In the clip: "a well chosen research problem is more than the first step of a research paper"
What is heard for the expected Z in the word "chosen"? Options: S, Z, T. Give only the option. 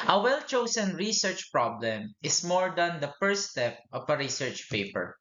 S